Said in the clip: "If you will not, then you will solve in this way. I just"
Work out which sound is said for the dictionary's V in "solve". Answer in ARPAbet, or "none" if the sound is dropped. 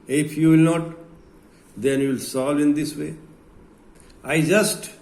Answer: none